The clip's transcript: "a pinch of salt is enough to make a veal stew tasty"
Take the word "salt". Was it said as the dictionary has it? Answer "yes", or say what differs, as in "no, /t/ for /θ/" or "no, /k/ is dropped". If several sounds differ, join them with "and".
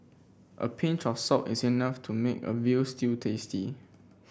no, /l/ is dropped